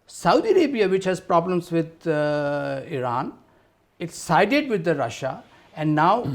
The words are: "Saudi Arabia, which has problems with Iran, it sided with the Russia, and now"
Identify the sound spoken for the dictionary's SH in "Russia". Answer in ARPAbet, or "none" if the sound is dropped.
SH